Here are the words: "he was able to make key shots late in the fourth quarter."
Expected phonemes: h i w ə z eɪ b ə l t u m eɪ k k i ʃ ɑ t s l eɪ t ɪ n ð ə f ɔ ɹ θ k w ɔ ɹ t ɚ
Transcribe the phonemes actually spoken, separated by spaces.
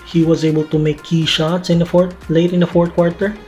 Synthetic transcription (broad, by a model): h i w ə z eɪ b ə l t u m eɪ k k i ʃ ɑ t s l eɪ t ɪ n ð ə f ɔ ɹ t k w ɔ ɹ t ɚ